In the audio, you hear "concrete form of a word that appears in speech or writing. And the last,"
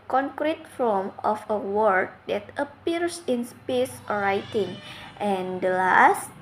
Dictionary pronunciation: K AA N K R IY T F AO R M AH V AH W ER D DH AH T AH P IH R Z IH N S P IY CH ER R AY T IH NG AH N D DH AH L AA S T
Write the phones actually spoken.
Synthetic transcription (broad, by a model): K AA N K R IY T F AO M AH F AH W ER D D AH T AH P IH R S IH N S P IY S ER R AY T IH NG AH N D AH L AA S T